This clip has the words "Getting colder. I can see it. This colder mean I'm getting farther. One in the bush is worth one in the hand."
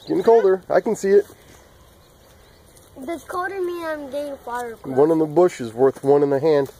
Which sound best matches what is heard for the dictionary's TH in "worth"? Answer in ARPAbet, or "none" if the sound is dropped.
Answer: TH